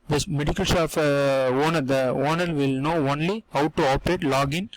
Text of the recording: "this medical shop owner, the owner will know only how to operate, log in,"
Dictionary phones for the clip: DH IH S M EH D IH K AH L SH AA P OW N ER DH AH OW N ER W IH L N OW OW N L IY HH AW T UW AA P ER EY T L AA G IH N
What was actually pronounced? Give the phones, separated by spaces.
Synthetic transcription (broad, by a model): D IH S M EH D IH K AH L S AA F OW N ER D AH OW N ER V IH L N OW OW N L IY HH AW T UW AA P ER EY T L AA G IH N